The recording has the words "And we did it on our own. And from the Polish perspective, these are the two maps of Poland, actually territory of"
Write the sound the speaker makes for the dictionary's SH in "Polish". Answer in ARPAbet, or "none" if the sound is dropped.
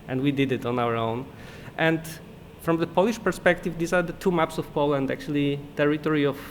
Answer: SH